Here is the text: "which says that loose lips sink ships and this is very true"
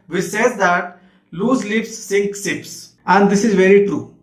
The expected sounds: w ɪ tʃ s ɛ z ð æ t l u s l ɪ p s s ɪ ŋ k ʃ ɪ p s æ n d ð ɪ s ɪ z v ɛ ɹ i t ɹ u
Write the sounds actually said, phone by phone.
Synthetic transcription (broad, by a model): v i s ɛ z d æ t l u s l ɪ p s s ɪ ŋ k s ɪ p s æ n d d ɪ s ɪ z v ɛ ɹ i t ɹ u